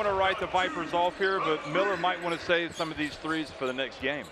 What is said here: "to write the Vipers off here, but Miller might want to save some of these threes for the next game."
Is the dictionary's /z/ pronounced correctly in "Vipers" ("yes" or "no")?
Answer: yes